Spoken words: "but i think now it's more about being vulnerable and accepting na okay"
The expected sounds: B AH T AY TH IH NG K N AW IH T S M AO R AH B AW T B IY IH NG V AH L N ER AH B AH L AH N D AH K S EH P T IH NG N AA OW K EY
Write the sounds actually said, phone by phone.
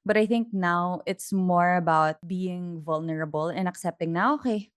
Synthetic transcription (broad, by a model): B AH T AY TH IH NG K N AW IH T S M AO R AH B AW T B IY IH NG V AH L N ER AH B AH L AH N AH K S EH P T IH NG N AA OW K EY